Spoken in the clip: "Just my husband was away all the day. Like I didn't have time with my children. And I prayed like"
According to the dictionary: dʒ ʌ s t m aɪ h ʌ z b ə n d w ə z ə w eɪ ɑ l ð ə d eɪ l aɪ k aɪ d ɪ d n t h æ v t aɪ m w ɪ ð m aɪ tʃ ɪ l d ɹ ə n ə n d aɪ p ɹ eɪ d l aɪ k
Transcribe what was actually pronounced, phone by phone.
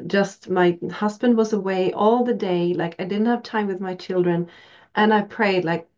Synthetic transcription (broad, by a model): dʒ ʌ s t m aɪ h ʌ z b ə n d w ə z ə w eɪ ɑ l ð ə d eɪ l aɪ k aɪ d ɪ d n t h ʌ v t aɪ m w ɪ ð m aɪ tʃ ɪ l d ɹ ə n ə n aɪ p ɹ eɪ d l aɪ k